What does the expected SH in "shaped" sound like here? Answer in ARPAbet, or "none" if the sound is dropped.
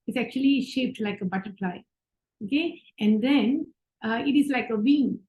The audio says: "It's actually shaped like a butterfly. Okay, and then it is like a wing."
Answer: SH